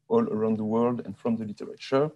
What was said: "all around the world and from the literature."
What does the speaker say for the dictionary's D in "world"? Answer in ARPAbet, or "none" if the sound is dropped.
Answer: D